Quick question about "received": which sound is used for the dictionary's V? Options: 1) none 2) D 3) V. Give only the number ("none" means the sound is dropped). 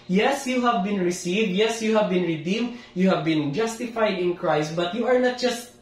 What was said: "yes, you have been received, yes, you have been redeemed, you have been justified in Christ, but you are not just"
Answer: 3